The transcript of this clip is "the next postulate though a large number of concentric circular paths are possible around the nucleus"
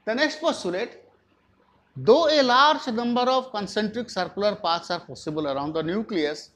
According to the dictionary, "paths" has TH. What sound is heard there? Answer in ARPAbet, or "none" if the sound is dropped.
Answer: T